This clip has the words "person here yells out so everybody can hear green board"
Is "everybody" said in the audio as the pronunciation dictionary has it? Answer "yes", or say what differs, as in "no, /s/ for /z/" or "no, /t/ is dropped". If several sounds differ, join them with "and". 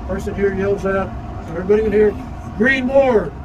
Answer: no, /ɹ/ is dropped